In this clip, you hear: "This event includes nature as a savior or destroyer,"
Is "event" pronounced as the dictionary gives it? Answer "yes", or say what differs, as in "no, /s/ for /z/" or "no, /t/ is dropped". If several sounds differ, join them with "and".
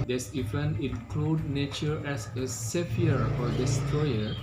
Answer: no, /t/ is dropped